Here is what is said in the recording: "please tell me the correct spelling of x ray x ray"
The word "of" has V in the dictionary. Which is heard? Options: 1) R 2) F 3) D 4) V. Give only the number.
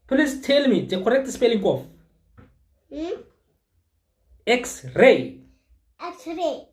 2